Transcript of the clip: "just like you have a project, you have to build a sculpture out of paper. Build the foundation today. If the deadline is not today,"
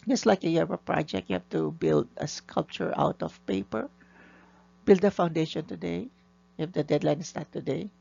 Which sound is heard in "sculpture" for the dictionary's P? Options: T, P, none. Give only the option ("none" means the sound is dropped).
P